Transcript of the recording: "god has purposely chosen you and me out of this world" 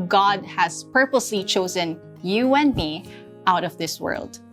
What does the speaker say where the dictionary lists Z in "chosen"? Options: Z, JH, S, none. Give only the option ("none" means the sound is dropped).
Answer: Z